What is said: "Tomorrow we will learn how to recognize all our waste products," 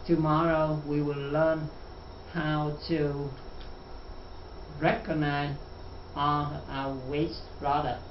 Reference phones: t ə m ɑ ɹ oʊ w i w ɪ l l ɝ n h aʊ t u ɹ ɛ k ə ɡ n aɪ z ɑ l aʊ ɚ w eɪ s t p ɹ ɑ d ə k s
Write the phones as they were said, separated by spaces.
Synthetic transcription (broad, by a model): t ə m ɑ ɹ oʊ w i w ɪ l l ɝ n h aʊ t u ɹ ɛ k ə ɡ n aɪ z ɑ n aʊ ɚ w eɪ s t ɹ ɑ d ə